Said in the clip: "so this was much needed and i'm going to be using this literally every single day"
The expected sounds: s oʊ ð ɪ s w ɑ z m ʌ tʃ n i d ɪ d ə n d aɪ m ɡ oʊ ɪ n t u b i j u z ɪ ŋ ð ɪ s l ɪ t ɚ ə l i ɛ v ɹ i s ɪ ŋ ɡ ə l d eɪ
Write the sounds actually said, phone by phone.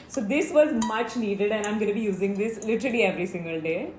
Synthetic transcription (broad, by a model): s oʊ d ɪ s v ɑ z m ʌ tʃ n i d ɪ d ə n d aɪ m ɡ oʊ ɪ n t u b i j u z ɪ ŋ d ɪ s l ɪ t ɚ l i ɛ v ɹ i s ɪ ŋ ɡ ə l d eɪ